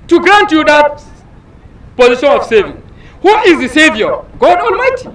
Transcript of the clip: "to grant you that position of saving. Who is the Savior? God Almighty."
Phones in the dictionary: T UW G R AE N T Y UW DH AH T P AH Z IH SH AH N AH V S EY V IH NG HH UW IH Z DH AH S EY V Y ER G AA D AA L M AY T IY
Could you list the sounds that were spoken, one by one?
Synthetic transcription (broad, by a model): T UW G R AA N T Y UW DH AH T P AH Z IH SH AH N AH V S EY V IH NG HH UW IH Z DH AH S EY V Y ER G AA D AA L M AY T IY